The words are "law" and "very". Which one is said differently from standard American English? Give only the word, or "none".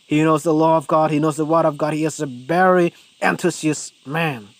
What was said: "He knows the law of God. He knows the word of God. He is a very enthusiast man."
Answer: very